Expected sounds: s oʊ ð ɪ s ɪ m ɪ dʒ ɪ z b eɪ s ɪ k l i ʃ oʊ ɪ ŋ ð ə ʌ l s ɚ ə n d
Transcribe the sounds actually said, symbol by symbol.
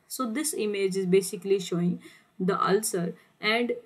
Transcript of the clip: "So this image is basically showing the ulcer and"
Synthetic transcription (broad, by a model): s oʊ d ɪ s ɪ m ɪ dʒ ɪ z b eɪ s ɪ k l i ʃ oʊ ɪ ŋ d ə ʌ l s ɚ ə n d